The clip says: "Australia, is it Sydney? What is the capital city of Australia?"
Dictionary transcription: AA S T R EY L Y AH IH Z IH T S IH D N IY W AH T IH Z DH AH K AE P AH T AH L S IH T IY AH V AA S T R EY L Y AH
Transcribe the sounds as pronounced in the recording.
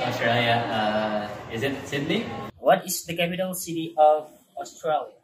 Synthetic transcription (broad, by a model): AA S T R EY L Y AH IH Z IH T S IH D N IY W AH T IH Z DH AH K AE P AH T AH L S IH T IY AH V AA S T R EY L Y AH